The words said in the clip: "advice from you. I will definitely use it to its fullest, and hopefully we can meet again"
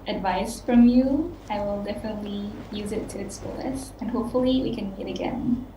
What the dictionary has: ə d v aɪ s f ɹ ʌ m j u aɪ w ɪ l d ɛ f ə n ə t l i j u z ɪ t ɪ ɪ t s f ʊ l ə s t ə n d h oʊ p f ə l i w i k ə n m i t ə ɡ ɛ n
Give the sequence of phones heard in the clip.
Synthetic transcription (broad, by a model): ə d v aɪ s f ɹ ʌ m j u aɪ w ɪ l d ɛ f ə n ə t l i j u z ɪ t ɪ ɪ t s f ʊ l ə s ə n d h oʊ p f ə l i w i k ə n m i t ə ɡ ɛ n